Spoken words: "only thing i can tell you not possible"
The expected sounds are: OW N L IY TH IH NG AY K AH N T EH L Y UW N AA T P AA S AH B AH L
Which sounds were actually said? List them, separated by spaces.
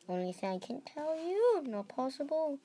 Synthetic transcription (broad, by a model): OW N L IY S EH AY K AH N T EH L Y UW N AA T P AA S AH B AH L